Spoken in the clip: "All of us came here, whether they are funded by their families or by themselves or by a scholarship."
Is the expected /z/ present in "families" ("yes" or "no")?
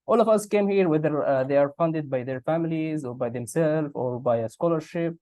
yes